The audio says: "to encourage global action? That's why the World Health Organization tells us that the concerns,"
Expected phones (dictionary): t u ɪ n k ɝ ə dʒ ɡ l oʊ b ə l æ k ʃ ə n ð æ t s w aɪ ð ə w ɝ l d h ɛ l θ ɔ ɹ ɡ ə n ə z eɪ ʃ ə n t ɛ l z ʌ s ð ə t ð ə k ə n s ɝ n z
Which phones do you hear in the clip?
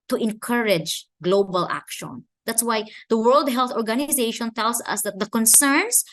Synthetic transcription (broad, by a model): t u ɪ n k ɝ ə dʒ ɡ l oʊ b ə l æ k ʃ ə n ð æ t s w aɪ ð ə w ɝ l d h ɛ l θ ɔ ɹ ɡ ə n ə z eɪ ʃ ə n t ɛ l s ʌ s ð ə t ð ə k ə n s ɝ n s